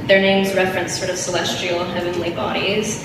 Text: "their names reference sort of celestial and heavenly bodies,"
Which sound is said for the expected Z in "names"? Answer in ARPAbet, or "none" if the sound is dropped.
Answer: Z